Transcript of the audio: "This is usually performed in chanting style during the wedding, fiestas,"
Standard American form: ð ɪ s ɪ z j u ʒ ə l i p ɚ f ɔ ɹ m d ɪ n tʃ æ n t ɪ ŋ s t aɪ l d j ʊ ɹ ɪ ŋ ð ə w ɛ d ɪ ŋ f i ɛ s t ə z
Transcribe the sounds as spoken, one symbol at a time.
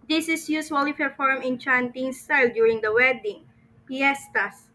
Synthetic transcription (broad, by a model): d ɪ s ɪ s j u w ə l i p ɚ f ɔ ɹ m ɪ n tʃ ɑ n t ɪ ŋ s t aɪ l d j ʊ ɹ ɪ ŋ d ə w ɛ d ɪ ŋ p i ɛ s t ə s